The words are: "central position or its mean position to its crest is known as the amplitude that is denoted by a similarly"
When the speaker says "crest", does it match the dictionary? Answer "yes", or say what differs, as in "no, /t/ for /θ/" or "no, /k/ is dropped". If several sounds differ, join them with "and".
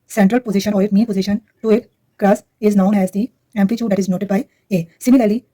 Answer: no, /t/ is dropped